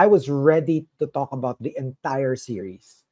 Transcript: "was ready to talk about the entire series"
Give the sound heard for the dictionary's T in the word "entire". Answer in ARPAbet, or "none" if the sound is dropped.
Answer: T